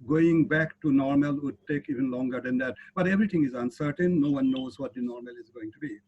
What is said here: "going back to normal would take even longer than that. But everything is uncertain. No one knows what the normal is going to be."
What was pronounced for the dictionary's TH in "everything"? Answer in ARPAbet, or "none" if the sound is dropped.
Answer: T